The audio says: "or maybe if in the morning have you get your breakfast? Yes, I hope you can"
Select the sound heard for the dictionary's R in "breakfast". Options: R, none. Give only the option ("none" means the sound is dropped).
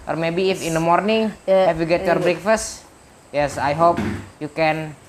R